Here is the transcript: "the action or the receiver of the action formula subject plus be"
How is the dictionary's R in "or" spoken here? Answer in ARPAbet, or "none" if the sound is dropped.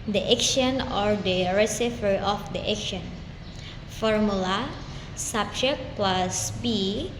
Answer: R